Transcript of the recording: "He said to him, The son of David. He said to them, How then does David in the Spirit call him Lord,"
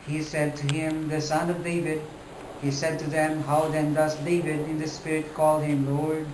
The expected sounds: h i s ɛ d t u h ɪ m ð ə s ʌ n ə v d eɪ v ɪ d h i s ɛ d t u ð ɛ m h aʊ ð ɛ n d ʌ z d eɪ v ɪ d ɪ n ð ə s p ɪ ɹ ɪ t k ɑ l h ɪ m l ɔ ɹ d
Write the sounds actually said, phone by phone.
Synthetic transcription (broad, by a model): h i s ɛ d t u h ɪ m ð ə s ʌ n ə v d eɪ v ɪ d h i s ɛ d t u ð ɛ m h aʊ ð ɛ n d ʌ s d eɪ v ɪ d ɪ n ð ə s p ɪ ɹ ɪ t k ɑ l h ɪ m l ɔ ɹ d